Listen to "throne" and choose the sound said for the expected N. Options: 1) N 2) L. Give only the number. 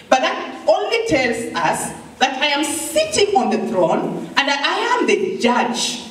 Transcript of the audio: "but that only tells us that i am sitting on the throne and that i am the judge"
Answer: 1